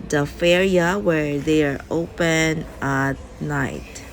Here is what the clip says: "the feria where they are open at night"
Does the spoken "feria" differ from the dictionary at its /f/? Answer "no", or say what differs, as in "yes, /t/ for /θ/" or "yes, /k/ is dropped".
no